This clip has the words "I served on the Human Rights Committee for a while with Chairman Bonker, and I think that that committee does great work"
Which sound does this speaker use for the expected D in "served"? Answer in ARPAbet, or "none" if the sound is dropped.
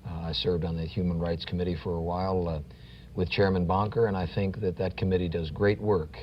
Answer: D